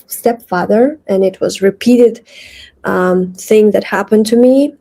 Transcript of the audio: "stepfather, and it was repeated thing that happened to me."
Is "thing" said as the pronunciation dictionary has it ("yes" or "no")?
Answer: yes